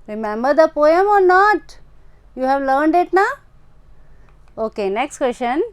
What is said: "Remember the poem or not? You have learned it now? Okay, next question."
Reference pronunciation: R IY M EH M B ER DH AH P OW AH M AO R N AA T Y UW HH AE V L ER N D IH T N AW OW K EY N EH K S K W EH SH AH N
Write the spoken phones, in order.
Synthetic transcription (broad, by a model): R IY M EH M B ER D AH P OW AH M AO R N AA T Y UW HH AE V L ER N D IH T N AW OW K EY N EH K S K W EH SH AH N